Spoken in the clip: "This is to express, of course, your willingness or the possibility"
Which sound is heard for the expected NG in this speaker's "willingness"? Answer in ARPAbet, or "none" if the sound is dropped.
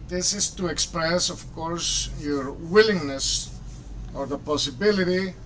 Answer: NG